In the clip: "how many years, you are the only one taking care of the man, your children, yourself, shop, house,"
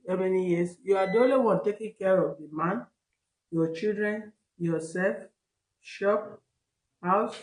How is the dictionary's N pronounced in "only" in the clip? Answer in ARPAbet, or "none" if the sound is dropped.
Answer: none